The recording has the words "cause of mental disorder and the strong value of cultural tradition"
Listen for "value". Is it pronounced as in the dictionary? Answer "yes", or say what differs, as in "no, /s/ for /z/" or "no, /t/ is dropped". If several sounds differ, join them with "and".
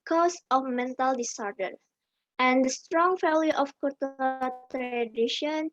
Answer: no, /f/ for /v/